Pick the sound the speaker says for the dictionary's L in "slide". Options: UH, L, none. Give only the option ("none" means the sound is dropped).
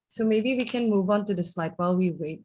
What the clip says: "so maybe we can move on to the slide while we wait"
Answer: L